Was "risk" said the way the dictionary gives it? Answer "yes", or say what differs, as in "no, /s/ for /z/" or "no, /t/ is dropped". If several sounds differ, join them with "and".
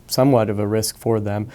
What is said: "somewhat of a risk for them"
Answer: yes